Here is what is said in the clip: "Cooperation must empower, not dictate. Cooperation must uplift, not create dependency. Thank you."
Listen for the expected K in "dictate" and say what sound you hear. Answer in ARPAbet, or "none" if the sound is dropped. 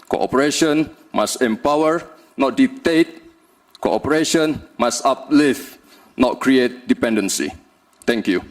none